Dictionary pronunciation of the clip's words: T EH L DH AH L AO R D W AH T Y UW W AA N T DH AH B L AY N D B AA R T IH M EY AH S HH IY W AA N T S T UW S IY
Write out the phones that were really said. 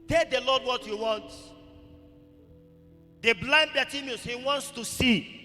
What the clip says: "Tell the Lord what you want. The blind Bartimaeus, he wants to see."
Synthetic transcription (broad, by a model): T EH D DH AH L AO D W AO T Y UW W AA N T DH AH B L AY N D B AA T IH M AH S HH IY W AA N T S T UW S IY